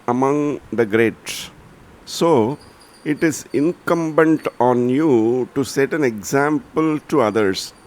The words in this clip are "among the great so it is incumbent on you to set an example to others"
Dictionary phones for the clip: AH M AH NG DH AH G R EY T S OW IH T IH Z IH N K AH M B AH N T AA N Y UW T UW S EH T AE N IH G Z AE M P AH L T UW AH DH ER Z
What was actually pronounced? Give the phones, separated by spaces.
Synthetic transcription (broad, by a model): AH M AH NG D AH G R EY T S OW IH T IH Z IH N K AH M B AH N T AA N Y UW T UW S EH T AE N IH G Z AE M P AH L T UW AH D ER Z